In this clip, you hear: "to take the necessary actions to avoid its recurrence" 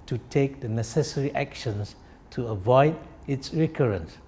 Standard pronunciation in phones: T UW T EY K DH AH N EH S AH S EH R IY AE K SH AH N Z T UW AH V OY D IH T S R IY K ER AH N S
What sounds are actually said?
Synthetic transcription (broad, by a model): T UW T EY K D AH N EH S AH S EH R IY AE K SH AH N S T UW AH V OY D IH T S R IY K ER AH N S